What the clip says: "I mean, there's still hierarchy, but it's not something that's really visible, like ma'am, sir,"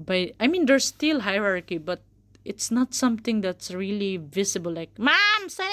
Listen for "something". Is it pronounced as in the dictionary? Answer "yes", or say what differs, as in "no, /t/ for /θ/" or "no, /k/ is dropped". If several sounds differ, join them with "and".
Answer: no, /t/ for /θ/